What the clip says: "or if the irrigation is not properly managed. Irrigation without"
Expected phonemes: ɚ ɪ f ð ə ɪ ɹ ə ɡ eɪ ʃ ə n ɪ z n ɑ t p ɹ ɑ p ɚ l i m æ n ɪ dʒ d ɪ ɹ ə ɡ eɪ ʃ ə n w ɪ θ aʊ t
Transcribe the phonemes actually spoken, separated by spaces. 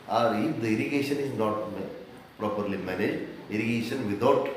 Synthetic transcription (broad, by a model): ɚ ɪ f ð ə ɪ ɹ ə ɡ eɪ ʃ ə n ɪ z n ɑ t p ɹ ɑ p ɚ l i m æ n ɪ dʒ ɛ ɹ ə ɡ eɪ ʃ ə n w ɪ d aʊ t